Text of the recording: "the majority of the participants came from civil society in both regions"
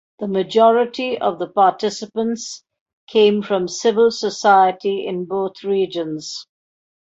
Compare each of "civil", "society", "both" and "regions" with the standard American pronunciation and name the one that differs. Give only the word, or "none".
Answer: both